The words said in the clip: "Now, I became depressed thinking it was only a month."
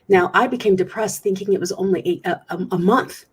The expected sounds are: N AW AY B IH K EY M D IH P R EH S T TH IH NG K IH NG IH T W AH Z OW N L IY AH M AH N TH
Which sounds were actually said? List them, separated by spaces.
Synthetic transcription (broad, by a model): N AW AY B IH K EY M D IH P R EH S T TH IH NG K IH NG IH T W AH Z OW N L IY AH M AH N TH